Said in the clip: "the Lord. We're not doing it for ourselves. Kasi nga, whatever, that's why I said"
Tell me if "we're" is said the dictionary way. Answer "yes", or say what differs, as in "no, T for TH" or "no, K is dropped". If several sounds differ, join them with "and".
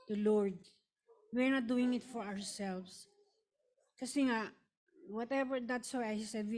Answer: yes